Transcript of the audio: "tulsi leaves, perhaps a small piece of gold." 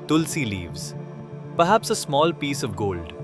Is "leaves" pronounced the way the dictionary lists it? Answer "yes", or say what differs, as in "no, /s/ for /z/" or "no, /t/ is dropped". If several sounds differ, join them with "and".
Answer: yes